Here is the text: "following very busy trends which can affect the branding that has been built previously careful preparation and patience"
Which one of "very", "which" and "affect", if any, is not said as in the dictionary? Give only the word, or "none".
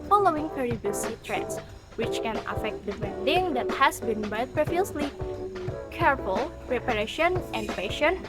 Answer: very